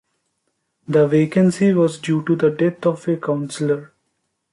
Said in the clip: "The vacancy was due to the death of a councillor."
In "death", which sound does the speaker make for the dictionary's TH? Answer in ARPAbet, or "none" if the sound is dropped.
T